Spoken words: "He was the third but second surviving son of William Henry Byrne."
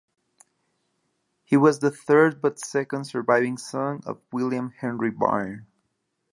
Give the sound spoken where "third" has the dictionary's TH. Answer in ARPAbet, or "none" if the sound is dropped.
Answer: TH